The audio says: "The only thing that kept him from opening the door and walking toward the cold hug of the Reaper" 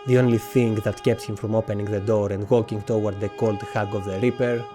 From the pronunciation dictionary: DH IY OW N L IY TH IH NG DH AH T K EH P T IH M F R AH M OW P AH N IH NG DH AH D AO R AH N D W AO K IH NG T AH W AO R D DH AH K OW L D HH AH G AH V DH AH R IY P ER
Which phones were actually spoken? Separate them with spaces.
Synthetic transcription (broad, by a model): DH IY OW N L IY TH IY NG DH AH T K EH P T IH M F R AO M OW P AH N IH NG DH AH D AO R AH N D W AO K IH NG T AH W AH R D DH AH K OW L D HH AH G AH V DH AH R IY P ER